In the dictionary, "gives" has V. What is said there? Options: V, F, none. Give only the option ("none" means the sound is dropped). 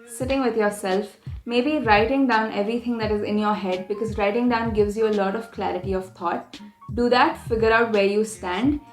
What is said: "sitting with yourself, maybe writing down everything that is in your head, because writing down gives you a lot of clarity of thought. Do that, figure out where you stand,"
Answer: V